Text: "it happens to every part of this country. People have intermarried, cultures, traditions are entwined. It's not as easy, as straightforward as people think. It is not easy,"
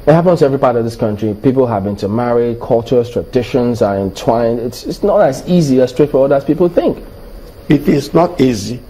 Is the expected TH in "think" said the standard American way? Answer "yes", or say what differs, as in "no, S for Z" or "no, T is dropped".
yes